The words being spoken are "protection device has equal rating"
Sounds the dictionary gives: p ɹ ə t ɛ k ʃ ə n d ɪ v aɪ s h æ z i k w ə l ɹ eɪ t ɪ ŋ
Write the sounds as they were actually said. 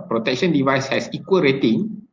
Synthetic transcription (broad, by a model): p ɹ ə t ɛ k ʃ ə n d ɪ v aɪ s h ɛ s i k w ə l ɹ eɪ t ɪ ŋ